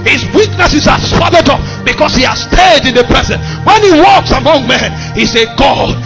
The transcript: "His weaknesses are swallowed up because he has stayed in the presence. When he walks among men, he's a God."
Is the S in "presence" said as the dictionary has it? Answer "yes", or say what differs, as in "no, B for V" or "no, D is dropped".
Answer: no, S is dropped